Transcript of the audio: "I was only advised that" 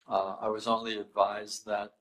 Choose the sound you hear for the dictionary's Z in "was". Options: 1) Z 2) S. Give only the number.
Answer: 1